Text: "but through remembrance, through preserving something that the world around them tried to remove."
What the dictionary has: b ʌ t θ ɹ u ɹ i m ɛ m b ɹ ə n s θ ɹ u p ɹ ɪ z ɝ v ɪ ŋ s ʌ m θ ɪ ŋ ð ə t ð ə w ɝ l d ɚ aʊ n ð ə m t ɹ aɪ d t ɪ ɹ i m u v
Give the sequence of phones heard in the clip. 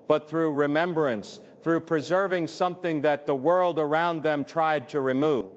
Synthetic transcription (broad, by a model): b ʌ t θ ɹ u ɹ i m ɛ m b ɹ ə n s θ ɹ u p ɹ ɪ z ɝ v ɪ ŋ s ʌ m θ ɪ ŋ ð ə t ð ə w ɝ l d ɚ aʊ n ð ə m t ɹ aɪ d t ɪ ɹ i m u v